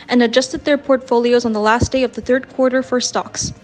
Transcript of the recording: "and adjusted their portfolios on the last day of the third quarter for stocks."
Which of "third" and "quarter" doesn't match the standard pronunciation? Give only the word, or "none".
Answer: none